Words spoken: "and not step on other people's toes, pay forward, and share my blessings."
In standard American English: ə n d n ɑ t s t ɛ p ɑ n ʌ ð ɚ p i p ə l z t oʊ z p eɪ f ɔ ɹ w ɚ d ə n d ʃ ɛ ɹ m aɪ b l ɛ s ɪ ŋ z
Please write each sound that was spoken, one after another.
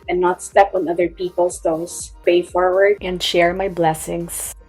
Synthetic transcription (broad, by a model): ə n n ɑ t s t ɛ p ɑ n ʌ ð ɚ p i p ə l s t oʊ s p eɪ f ɔ ɹ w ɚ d ə n d ʃ ɛ ɹ m aɪ b l ɛ s ɪ ŋ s